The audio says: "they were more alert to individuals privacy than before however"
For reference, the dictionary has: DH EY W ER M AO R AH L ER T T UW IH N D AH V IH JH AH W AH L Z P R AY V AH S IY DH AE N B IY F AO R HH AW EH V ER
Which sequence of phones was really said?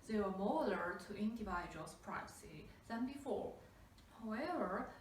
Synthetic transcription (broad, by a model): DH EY W ER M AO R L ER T T UW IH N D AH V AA AH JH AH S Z P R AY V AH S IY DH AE N B IY F AO R HH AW EH V ER